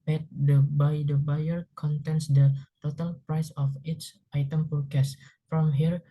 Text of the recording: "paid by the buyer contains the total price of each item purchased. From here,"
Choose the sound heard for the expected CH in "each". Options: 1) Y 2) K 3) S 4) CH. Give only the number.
3